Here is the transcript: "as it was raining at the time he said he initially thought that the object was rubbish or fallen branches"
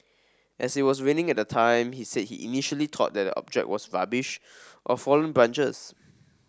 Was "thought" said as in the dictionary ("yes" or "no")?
no